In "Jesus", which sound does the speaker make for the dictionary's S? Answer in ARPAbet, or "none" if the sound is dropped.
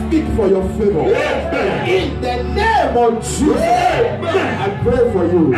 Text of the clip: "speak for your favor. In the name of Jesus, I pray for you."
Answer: none